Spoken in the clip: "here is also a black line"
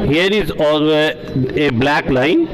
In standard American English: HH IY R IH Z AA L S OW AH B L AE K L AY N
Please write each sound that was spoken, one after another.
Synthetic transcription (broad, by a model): HH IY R IH Z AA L OW AH B L AE K L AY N